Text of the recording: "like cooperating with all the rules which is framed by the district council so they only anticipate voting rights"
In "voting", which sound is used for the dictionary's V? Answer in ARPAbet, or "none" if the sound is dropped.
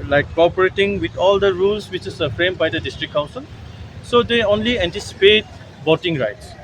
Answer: B